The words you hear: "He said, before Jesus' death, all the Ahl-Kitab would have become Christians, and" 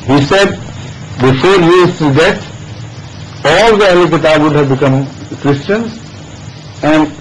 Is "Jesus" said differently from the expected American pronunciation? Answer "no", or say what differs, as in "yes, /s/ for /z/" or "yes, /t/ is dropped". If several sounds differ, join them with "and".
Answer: yes, /s/ is dropped